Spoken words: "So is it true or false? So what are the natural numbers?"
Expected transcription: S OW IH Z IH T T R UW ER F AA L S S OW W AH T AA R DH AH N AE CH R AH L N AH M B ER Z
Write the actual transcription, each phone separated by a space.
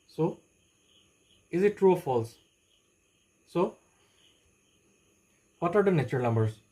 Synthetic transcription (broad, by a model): S OW IH Z IH T T R UW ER F AA L S S OW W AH T AA R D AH N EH CH AH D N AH M B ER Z